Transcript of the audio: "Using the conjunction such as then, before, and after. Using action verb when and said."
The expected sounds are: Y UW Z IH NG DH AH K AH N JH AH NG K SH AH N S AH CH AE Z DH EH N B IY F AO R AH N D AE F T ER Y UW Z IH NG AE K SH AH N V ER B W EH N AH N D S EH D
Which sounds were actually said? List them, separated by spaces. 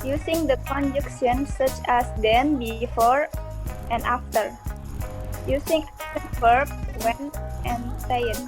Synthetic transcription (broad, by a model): Y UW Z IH NG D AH K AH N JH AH K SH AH N S AH CH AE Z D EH N B IY F AO R AH N D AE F T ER Y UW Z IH NG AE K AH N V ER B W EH N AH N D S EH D